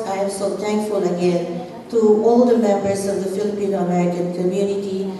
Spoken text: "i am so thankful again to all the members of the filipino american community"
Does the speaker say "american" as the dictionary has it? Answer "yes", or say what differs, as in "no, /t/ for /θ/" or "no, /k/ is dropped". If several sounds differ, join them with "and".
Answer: no, /k/ is dropped